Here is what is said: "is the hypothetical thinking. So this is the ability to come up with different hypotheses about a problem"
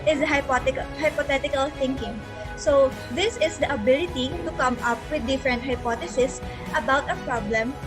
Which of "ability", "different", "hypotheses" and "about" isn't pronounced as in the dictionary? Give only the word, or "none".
hypotheses